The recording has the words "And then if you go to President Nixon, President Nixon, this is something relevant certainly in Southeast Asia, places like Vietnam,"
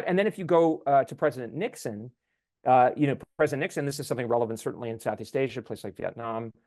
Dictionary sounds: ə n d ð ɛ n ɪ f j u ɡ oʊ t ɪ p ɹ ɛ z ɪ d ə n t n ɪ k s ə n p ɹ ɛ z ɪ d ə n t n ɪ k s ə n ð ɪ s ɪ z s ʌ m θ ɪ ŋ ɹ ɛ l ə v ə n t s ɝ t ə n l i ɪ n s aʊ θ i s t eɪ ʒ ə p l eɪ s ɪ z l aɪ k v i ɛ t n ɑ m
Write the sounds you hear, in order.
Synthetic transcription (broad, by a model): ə n ð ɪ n ɪ f j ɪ ɡ oʊ t ɪ p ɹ ɛ z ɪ d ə n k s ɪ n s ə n p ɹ ɛ z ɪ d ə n n ɪ k s ə n ð ɪ s ɪ z s ʌ m θ ɪ ŋ ɹ ɛ l ə v ə n t s ɝ t n l i ɪ n s aʊ θ i s t eɪ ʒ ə p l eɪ ɪ s l aɪ k v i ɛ t n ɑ m